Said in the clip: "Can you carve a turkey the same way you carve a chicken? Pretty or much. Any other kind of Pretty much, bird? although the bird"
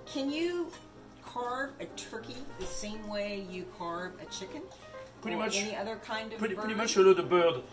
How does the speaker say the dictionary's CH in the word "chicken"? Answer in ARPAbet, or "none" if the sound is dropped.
CH